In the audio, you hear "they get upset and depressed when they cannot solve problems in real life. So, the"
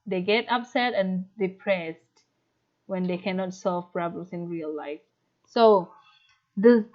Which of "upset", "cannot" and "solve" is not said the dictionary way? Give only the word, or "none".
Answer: none